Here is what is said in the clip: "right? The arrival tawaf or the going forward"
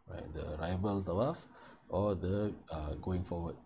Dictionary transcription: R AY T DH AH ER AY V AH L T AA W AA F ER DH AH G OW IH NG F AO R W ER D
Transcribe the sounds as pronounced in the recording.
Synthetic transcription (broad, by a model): R AY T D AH ER AY V AH L T AA W AA F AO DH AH G OW IH NG F AO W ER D